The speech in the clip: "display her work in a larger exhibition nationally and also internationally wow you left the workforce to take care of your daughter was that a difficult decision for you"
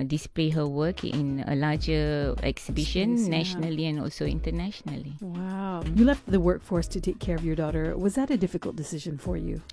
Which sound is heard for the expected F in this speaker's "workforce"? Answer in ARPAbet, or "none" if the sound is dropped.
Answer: F